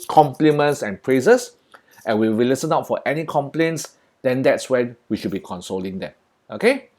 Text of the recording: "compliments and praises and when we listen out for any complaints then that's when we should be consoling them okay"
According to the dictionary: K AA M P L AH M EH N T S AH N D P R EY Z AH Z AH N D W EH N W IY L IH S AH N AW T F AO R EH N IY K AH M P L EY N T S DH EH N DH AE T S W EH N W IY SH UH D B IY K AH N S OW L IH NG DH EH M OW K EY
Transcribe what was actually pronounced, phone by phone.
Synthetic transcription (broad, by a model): K AA M P L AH M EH N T S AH N P R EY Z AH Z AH N W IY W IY L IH S AH N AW T F AO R EH N IY K AH M P L EY N T S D EH N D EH T S W EH N W IY SH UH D B IY K AH N S OW L IH NG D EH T OW K EY